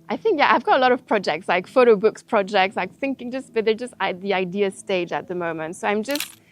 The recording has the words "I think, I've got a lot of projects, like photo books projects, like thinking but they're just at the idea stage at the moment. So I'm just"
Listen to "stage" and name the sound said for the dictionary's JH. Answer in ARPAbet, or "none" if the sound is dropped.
JH